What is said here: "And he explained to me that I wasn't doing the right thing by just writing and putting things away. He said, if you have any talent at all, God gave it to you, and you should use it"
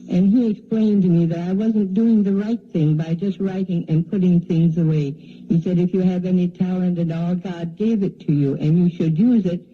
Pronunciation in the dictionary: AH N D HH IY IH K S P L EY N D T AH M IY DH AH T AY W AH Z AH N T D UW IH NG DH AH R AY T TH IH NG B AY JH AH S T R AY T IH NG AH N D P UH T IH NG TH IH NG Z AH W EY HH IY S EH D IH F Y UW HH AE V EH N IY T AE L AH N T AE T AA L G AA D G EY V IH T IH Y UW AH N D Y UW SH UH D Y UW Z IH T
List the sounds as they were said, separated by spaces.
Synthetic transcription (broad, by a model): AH N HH IY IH K S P L EY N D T M IY DH AH T AY W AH Z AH N D UW IH NG DH AH R AY T TH IH NG B AY JH AH S T R AY T IH NG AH N P UH T IH NG TH IH NG Z AH W EY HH IY S EH D IH F Y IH V EH N IY T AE L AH N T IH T AA L G AA D G EY V IH T IH Y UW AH N Y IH SH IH D Y UW Z IH T